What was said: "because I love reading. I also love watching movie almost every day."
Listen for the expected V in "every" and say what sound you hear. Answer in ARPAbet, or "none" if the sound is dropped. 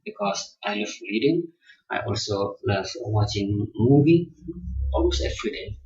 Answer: F